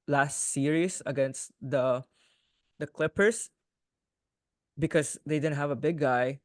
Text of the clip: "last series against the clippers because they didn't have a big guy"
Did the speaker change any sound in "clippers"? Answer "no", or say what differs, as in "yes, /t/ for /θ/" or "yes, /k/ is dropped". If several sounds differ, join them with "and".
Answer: yes, /s/ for /z/